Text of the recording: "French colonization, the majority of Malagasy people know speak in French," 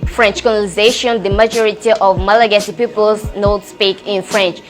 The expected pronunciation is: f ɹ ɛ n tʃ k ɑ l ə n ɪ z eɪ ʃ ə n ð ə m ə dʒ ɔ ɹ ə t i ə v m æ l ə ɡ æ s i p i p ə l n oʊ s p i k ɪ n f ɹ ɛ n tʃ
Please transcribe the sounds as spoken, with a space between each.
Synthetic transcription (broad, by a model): f ɹ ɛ n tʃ k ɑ n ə l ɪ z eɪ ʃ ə n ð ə m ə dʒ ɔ ɹ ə t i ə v m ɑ l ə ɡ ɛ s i p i p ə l n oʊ s p i k ɪ n f ɹ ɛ n tʃ